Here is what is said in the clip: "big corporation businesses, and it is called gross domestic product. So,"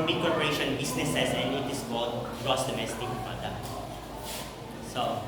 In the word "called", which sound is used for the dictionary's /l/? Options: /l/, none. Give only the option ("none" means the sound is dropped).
none